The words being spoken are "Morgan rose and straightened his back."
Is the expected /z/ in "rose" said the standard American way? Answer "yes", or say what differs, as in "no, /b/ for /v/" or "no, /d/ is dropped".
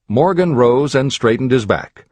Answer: yes